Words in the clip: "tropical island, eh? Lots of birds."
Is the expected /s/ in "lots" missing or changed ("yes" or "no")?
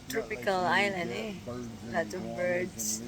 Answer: yes